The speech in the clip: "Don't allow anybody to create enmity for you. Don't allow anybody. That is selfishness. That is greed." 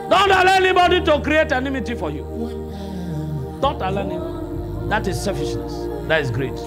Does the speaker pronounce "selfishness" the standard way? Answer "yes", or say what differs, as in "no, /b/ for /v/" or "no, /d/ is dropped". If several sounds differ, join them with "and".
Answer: no, /l/ is dropped